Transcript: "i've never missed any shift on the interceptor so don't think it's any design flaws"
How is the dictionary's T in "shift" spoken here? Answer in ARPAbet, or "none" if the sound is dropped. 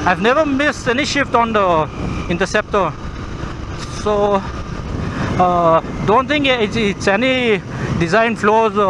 T